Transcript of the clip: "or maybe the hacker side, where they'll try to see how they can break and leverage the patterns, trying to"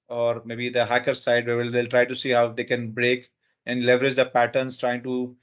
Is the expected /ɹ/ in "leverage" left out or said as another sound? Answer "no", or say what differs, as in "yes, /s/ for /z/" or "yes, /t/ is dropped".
no